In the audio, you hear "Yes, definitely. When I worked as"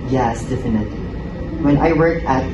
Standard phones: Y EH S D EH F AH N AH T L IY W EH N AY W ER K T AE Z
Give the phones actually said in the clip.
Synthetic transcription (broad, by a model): Y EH S D EH F AH N AH T L IY W EH N AY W ER K AE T